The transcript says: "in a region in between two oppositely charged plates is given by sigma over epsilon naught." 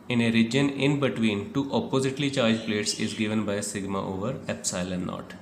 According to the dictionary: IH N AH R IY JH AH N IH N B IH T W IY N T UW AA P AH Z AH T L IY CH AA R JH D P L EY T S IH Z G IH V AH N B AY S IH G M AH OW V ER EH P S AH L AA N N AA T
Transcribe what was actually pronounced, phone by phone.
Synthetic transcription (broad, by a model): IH N AH R IY JH AH N IH N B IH T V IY N T UW AA P AH Z AH T L IY CH AA R JH P L EY T S IH Z G IH V AH N B AY S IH G M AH OW V ER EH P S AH L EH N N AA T